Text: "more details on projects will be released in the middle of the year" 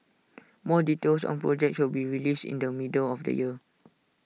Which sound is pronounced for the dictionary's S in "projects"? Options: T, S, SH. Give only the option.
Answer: SH